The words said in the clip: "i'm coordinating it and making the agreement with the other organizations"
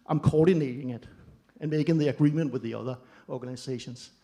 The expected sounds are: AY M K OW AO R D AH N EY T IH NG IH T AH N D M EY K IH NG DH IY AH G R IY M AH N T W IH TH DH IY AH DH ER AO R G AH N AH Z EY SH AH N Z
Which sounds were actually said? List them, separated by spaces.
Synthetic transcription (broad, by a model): AY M K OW AO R D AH N EY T IH NG IH T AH N M EY K IH NG DH IY AH G R IY M AH N T W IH DH IY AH DH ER AO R G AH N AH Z EY SH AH N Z